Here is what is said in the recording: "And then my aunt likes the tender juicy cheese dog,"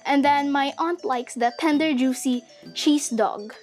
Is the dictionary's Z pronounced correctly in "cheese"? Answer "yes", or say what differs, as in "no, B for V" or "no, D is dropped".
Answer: no, S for Z